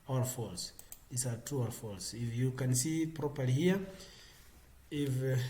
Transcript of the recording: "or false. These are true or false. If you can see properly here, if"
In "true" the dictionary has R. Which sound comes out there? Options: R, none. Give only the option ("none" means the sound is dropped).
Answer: none